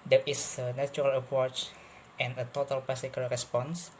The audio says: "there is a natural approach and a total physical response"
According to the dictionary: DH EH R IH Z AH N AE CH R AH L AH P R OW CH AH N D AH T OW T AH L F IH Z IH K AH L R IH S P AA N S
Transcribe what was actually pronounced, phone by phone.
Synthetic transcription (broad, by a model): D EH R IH S AH N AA CH R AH L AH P R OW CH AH N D AH T OW T AH L P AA S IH K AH L R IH S P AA N S